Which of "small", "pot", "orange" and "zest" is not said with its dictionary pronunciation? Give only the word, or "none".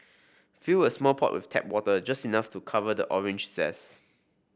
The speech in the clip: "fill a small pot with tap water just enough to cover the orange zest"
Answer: zest